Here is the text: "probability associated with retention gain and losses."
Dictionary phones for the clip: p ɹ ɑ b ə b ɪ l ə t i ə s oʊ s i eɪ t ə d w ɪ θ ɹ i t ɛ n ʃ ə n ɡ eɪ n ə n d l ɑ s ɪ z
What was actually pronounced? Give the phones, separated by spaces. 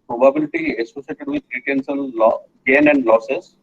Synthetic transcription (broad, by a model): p ɹ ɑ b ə b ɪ l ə t i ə s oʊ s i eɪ t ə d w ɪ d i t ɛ n s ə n ɡ eɪ n ə n d l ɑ s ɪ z